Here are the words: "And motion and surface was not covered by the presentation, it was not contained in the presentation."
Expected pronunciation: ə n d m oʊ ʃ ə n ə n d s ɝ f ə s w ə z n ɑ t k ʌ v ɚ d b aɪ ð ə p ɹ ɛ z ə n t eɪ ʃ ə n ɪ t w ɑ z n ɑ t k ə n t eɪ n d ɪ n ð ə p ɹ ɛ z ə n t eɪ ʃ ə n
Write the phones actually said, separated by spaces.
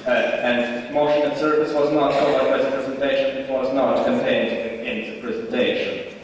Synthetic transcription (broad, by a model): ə n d m oʊ ʃ ə n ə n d s ɝ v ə s w ə z n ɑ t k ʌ b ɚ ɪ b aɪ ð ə p ɹ ɛ z ə n t eɪ ʃ ə n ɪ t w ɑ z n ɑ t k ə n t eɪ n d ɪ n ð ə p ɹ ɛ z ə n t eɪ ʃ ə n